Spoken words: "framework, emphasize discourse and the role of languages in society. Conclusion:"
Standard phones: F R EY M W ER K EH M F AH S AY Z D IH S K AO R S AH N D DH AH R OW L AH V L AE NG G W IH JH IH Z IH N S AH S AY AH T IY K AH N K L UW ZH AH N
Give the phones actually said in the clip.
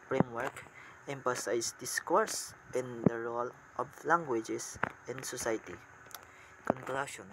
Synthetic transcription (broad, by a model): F R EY M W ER K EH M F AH S AY S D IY S K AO R S AH N D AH R OW L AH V L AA NG G W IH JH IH S IH N S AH S AY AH T IY K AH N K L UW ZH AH N